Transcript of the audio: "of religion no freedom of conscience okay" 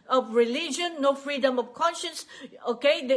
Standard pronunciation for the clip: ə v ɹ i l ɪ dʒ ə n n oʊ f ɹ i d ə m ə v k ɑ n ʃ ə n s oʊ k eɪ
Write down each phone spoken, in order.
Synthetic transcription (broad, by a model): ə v ɹ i l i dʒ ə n n oʊ f ɹ i d ə m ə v k ɑ n ʃ ə n s oʊ k eɪ